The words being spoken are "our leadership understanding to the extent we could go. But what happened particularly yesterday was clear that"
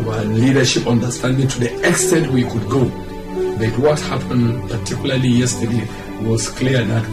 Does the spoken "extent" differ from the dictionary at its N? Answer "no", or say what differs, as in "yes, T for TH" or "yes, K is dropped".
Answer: no